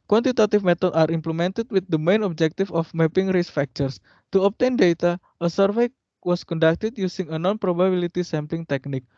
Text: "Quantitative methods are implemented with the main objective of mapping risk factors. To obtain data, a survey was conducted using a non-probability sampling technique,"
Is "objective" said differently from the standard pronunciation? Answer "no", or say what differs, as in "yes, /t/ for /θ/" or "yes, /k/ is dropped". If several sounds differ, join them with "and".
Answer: yes, /f/ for /v/